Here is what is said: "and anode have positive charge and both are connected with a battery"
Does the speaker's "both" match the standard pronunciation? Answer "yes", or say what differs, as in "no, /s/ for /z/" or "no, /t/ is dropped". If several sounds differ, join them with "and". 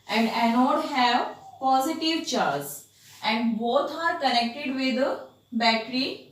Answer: no, /t/ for /θ/